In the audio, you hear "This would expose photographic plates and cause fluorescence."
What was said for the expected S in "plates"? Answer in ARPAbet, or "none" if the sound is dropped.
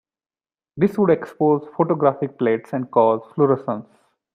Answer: S